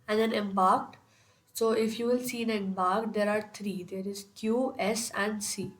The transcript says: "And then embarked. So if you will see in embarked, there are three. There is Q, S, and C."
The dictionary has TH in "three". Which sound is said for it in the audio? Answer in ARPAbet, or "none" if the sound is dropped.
T